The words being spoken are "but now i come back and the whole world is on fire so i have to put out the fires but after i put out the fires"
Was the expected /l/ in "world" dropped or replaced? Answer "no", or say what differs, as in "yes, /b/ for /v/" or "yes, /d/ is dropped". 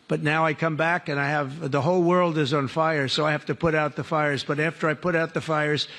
no